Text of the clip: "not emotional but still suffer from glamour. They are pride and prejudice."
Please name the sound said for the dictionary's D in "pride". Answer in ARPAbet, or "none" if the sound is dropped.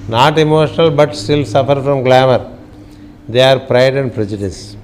D